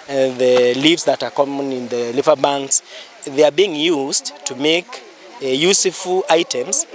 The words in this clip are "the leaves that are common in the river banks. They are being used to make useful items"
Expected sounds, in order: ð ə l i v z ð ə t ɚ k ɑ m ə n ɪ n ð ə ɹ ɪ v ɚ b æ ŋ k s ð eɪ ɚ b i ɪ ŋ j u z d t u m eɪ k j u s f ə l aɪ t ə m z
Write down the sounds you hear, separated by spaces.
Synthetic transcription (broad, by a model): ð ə l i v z ð ə t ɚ k ɑ m ə n ɪ n ð ə l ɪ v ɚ b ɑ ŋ k s ð eɪ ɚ b i ɪ ŋ j u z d t u m eɪ k j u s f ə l aɪ t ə m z